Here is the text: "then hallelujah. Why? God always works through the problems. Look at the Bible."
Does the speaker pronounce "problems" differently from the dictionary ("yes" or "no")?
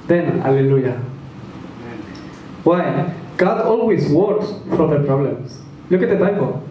yes